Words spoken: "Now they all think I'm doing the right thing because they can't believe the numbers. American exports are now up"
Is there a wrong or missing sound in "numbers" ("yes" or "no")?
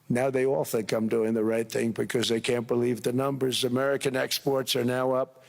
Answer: no